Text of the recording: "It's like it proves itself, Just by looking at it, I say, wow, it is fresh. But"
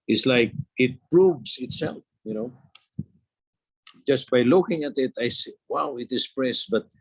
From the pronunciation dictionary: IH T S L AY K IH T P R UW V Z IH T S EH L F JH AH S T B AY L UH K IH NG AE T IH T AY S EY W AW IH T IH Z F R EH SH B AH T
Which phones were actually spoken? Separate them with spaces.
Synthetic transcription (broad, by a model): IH T S L AY K IH T P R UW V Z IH T S EH L F JH AH S T B AY L UH K IH NG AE T IH T AY S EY W AW IH T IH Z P R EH S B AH T